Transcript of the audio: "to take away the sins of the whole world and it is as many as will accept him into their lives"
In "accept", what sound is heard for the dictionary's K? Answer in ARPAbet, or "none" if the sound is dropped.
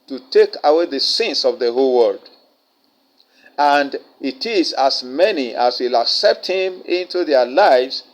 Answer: K